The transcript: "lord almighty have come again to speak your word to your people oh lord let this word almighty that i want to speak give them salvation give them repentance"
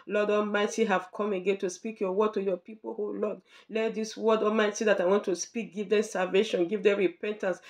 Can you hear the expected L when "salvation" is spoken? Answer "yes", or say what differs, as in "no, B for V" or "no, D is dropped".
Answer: yes